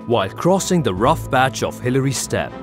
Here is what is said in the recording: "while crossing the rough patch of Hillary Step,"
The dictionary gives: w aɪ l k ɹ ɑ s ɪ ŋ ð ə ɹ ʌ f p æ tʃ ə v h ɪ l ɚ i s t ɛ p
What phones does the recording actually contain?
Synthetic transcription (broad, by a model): w aɪ l k ɹ ɑ s ɪ ŋ ð ə ɹ ʌ f b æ tʃ ə v h ɪ l ɚ i s t ɛ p